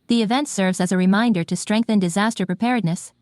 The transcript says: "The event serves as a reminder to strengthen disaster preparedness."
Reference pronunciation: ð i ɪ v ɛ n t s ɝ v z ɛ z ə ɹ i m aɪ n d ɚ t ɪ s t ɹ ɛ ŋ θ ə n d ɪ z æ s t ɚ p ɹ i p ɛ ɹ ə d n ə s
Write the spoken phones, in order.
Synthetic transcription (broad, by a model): ð i ɪ v ɛ n t s ɝ v z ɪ z ə ɹ i m aɪ n d ɚ t ɪ s t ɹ ɛ ŋ θ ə n d ɪ z æ s t ɚ p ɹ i p ɛ ɹ d n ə s